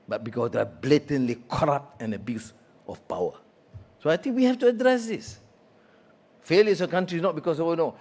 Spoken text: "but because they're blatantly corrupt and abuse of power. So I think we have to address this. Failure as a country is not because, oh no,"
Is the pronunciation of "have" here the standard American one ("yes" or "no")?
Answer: no